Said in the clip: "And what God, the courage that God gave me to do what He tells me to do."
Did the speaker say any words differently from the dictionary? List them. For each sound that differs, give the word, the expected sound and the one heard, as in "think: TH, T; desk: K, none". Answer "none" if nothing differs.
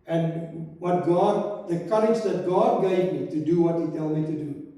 tells: Z, none